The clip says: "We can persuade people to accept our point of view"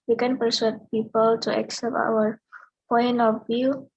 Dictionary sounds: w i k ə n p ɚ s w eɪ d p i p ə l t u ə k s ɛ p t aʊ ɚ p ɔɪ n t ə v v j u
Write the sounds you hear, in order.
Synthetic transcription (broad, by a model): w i k ə n p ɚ s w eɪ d p i p ə l t u ə k s ɛ p t aʊ ɚ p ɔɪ n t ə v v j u